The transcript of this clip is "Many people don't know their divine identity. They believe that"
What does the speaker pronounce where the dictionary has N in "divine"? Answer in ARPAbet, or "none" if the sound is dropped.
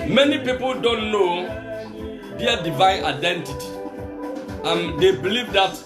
N